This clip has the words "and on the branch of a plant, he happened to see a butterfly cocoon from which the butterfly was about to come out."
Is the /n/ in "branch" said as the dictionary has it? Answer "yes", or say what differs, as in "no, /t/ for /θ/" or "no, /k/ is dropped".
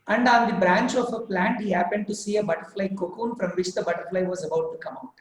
yes